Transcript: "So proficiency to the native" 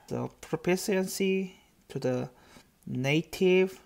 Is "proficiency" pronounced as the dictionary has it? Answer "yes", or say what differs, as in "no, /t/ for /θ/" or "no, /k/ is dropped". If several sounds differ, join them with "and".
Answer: no, /p/ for /f/ and /s/ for /ʃ/